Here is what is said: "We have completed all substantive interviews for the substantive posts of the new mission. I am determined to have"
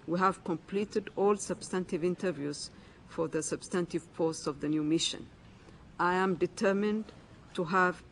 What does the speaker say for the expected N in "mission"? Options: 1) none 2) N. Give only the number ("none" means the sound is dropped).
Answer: 2